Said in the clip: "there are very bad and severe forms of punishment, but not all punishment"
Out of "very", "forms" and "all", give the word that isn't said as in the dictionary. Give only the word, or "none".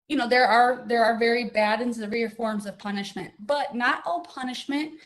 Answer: none